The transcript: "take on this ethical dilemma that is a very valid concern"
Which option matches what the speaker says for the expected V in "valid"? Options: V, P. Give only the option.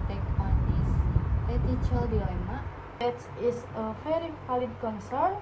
P